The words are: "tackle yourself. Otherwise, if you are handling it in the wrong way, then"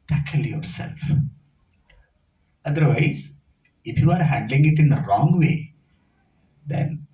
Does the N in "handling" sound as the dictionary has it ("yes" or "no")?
yes